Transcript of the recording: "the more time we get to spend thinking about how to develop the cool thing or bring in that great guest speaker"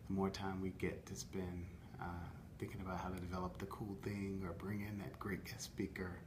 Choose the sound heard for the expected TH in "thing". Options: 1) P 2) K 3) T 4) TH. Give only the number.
4